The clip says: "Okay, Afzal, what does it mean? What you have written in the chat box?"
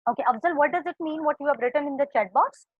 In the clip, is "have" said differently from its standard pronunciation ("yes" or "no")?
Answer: yes